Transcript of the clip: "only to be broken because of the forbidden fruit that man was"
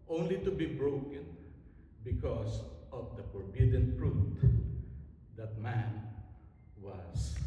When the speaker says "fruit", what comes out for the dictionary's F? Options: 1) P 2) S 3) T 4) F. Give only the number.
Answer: 1